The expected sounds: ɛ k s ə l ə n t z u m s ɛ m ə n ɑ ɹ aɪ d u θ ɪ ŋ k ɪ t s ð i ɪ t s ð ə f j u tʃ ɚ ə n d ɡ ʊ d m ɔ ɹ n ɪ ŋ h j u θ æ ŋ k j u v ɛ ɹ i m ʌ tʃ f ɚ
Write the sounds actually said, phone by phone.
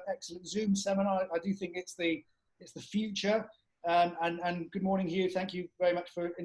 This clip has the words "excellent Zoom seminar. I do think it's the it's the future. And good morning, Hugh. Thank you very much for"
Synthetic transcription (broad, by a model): ɛ k s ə l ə n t z u m s ɛ m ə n ɑ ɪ aɪ d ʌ θ ɪ ŋ k ɪ t s ð i ɪ t s ð ə f j u tʃ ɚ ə n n ɡ ʊ d m ɔ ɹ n ɪ ŋ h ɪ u θ æ ŋ k j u v ɛ ɹ i m ʌ tʃ f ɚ